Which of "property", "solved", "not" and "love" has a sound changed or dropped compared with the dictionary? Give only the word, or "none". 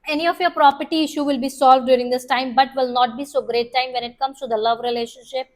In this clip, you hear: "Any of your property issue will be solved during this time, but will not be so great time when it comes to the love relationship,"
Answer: none